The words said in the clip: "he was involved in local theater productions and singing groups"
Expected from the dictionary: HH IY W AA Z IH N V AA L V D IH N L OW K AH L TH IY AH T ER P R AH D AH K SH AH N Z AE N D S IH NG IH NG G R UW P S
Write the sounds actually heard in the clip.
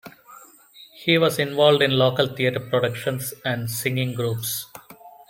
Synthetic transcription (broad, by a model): HH IY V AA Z IH N V AA L V D IH N L OW K AH L T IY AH T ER P R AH D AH K SH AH N S AE N D S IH NG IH NG G R UW P S